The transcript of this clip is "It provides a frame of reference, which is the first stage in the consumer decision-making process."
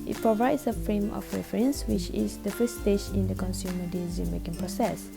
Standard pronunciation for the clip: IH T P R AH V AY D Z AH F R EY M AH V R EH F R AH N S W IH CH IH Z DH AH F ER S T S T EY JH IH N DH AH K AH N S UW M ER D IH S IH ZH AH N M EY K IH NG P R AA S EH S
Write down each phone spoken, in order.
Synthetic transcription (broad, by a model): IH T P R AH V AY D S AH F R EY M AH F R EH F R AH N S W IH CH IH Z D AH F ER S S T EY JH IH N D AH K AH N S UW M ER D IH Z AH M EY K IH NG P R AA S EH S